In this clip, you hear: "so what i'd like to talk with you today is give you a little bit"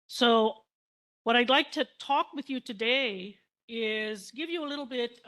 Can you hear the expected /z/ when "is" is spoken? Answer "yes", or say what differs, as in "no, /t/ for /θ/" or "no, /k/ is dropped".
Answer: yes